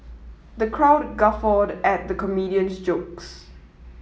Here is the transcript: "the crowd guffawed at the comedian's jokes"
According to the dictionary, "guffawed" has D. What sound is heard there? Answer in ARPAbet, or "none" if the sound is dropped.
D